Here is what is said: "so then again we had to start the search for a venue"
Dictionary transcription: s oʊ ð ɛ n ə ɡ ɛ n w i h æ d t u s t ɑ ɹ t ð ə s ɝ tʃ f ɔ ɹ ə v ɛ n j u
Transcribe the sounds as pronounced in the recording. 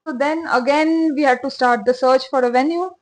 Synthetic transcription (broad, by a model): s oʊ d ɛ n ə ɡ ɛ n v i h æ d t u s t ɑ ɹ t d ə s ɝ tʃ f ɔ ɹ ə v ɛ n j u